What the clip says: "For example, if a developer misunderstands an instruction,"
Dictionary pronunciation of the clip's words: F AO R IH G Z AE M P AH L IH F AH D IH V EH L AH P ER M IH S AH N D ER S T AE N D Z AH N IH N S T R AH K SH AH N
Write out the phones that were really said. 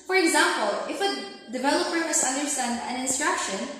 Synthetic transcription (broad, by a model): F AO R IH G Z AE M P AH L IH F AH D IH V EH L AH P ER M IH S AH N D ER S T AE N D AH N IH N S T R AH K SH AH N